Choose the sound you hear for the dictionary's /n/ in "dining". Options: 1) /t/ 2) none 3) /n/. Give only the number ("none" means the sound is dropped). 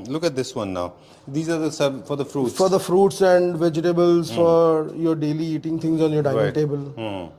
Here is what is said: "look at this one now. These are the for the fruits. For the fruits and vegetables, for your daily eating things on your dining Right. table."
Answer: 2